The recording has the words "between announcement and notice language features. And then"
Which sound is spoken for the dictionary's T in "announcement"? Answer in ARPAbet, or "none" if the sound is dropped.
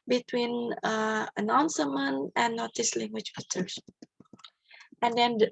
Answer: none